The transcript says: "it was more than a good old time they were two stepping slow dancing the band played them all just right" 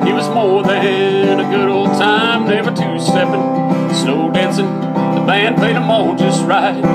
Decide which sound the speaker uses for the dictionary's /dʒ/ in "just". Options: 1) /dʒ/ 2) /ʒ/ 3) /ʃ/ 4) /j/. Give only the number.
1